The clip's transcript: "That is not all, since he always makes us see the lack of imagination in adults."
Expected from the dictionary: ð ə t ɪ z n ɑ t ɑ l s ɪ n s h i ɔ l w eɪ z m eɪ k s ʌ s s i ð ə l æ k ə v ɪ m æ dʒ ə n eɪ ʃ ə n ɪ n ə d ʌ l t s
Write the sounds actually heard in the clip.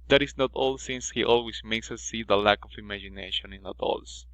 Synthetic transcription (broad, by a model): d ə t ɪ s n ɑ t ɑ l s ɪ n s h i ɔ l w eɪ s m eɪ k s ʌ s s i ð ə l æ k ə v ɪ m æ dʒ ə n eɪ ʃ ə n ɪ n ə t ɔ l s